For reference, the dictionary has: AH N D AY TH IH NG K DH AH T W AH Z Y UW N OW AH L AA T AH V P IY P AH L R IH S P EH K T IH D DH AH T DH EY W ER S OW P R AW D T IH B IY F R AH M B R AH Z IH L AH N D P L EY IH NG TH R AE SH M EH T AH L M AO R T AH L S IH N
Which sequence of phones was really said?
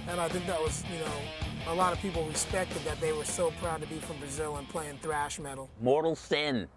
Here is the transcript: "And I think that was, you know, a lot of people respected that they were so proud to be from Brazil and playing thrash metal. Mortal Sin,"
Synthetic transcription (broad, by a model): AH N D AY TH IH NG K DH AH T W AH Z Y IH N OW AH L AA T AH V P IY P L R IH S P EH K T IH D DH AH T DH EY W ER S OW P R AW D T IH B IY F R AH M B R AH Z IH L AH N P L EY IH NG TH R AE SH M EH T L M AO R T L S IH N